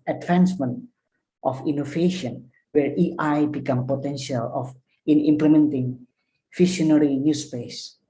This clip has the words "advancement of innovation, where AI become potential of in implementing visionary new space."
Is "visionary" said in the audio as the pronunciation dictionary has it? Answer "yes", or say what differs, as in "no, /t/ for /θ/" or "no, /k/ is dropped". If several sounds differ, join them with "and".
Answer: no, /ʃ/ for /ʒ/